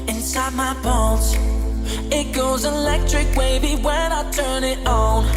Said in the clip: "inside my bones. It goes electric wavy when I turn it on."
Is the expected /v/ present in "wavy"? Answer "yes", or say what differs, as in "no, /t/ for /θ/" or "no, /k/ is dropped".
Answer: no, /b/ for /v/